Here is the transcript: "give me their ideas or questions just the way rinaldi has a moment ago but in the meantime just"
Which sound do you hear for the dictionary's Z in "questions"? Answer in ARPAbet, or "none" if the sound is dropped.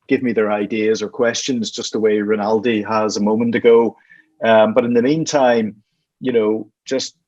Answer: Z